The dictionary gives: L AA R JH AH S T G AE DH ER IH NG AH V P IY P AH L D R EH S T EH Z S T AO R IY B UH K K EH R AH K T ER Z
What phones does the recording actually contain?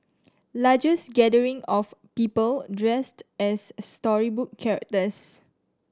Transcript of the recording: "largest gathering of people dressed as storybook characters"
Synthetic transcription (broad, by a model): L AA JH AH S G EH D ER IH NG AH F P IY P AH L D R EH S T EH S T AO R IY B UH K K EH R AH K T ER S